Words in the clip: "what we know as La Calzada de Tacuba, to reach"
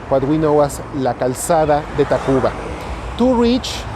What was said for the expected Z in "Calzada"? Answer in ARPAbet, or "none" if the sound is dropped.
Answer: S